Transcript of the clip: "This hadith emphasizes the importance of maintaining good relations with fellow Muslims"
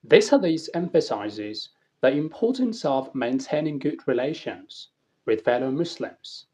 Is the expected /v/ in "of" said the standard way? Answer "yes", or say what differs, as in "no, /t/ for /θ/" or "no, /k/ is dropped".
yes